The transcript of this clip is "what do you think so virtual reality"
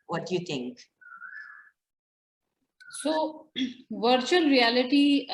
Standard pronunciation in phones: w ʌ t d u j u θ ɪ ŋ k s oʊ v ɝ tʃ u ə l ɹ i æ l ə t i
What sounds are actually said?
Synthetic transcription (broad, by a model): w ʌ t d j u t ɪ ŋ k s oʊ v ɝ tʃ u ə l ɹ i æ l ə t i